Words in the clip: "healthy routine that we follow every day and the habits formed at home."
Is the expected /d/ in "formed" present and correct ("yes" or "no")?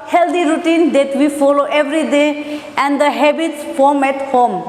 no